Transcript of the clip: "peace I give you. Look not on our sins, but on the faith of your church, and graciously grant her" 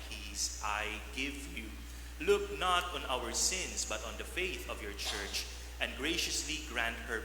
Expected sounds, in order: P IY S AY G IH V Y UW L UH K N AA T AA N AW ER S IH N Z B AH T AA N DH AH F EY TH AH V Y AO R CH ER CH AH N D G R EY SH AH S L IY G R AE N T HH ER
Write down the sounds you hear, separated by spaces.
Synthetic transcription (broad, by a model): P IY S AY G IH V Y UW L UH K N AA T AA N AW ER S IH N S B AH T AA N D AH F EY TH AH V Y AO R CH ER CH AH N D G R EY SH AH S L IY G R AE N T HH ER